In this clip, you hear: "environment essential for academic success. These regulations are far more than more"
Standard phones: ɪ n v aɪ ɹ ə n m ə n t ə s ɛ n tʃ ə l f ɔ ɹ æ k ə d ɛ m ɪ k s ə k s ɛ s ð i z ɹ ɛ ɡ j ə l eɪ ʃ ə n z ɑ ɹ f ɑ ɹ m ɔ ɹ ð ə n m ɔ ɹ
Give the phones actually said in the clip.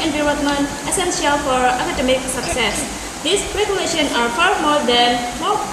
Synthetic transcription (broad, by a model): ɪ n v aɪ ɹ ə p m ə n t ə s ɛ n s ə l f ɔ ɹ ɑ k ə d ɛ m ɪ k s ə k s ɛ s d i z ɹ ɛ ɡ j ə l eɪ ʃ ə n ɑ ɹ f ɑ ɹ m ɔ ɹ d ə n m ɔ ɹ